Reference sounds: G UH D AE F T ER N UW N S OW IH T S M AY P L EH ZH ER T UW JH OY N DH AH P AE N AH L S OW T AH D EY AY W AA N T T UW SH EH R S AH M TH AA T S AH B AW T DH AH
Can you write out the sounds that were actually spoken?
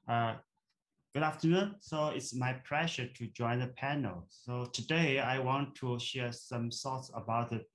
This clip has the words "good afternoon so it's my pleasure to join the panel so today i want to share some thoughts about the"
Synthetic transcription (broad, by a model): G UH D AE F T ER N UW N S OW IH T S M AY P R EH SH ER T UW JH OY N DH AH P AE N AH L S OW T AH D EY AY W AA N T T UW SH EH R S AH M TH AA T S AH B AW T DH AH